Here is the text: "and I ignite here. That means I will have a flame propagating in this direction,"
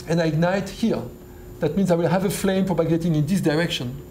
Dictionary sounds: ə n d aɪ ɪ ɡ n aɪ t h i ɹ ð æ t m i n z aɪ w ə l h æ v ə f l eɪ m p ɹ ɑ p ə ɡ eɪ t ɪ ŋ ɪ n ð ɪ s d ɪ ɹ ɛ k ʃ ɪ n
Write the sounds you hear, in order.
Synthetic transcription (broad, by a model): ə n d aɪ ɪ ɡ n aɪ t h i ɹ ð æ t m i n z aɪ w ə l h æ v ə f l eɪ m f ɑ b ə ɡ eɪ t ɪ ŋ ɪ n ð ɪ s d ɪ ɹ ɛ k ʃ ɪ n